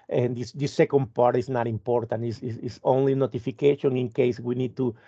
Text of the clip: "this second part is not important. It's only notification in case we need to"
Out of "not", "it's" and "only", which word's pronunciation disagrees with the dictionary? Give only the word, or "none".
it's